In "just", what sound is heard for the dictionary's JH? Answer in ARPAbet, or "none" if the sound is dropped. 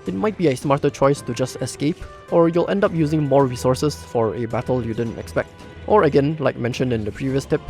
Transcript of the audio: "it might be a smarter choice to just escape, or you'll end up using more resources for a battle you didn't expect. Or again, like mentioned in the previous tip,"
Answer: JH